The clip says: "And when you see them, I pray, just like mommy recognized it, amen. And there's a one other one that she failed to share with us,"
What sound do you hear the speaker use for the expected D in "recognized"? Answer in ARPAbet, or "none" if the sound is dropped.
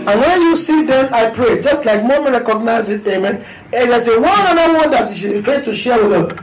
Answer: none